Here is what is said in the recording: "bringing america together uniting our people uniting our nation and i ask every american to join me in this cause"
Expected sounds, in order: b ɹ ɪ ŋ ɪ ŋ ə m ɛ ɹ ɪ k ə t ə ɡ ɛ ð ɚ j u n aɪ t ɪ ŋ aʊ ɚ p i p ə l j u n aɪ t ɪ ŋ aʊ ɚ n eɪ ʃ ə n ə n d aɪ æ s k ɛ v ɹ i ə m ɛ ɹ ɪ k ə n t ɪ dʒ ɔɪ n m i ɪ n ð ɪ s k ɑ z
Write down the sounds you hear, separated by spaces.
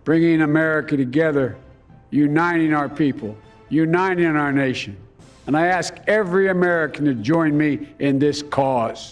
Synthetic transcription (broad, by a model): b ɹ ɪ ŋ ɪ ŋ ə m ɛ ɹ ɪ k ə t ə ɡ ɛ ð ɚ j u n aɪ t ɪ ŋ aʊ ɚ p i p l j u n aɪ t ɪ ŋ aʊ ɚ n eɪ ʃ ə n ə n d aɪ æ s k ɛ v ɹ i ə m ɛ ɹ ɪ k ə n t ɪ dʒ ɔɪ n m i ɪ n ð ɪ s k ɑ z